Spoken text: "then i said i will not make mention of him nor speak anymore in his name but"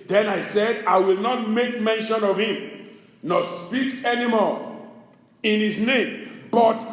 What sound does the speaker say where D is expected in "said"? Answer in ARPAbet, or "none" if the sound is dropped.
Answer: D